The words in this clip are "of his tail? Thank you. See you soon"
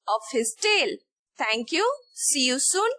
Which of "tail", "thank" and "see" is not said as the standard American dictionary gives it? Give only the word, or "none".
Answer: thank